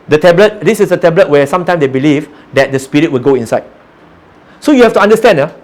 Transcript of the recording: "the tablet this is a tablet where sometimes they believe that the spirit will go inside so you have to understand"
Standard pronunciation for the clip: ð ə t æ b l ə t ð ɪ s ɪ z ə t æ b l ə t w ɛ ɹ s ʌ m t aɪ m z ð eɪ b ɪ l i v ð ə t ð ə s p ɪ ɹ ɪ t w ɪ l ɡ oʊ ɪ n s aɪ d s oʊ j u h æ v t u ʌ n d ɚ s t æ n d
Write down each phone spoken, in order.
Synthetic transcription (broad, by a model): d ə t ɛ b l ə t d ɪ s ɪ s ə t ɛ b l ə t w ɛ s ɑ m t aɪ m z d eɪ b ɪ l i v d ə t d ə s p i ɹ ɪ t w ɪ l ɡ oʊ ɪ n s aɪ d s oʊ j u h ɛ f t u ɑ n d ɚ s t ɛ n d